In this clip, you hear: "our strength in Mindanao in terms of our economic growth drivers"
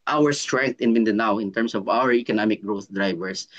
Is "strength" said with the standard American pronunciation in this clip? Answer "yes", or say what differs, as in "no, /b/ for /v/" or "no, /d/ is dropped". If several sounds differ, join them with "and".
no, /t/ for /θ/